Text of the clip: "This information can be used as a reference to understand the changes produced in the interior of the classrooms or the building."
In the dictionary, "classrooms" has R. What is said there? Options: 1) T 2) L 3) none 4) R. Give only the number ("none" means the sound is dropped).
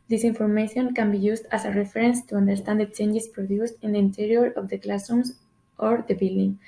3